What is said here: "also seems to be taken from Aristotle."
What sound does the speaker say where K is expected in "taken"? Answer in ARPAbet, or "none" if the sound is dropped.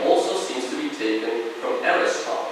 K